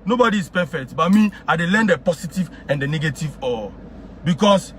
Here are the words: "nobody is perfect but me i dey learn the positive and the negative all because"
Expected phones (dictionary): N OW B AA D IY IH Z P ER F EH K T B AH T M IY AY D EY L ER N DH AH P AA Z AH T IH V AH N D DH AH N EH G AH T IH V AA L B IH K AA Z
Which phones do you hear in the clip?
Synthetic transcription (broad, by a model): N OW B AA D IY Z P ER F EH K T B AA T M IY AY D EY L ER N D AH P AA S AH T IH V AH N D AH N EH G AH T IH V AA B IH K AA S